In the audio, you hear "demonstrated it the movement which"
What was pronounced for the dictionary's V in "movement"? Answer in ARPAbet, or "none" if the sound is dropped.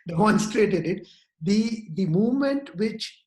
V